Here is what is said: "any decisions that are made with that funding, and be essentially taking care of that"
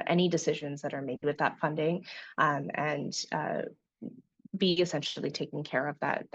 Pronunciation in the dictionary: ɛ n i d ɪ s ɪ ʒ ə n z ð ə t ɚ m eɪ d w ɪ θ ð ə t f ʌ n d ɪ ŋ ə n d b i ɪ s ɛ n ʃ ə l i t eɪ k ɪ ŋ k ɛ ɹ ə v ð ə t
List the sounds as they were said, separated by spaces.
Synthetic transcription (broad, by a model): ɛ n i d ɪ s ɪ ʒ ə n z ð ə t ɚ m eɪ d w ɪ ð ə t f ʌ n d ɪ ŋ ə n b i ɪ s ɛ n ʃ l i t eɪ k ɪ ŋ k ɛ ɹ ə v ð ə t